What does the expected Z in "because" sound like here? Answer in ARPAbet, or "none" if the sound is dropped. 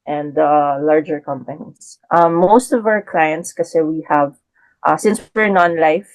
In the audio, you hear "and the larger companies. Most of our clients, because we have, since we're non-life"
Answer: none